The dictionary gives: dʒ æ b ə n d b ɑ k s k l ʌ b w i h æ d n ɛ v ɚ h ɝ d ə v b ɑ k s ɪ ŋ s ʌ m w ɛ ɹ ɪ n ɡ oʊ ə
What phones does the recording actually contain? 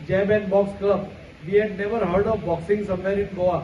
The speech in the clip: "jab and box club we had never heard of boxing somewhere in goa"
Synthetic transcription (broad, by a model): dʒ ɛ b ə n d b ɑ k s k ʌ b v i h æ d n ɛ v ɚ h ɝ d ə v b ɑ k s ɪ ŋ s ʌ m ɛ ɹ ɪ n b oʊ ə